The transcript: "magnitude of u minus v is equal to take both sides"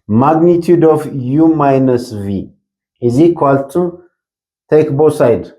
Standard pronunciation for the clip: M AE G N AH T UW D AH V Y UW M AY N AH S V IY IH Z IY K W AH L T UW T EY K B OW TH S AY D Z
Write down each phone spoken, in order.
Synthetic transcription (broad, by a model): M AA G N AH T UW D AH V Y UW M AY N AH S V IY IH Z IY K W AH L T UW T EY K B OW S AY D